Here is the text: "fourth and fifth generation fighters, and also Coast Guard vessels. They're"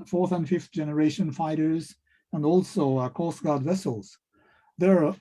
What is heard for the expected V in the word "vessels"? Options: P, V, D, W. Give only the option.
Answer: V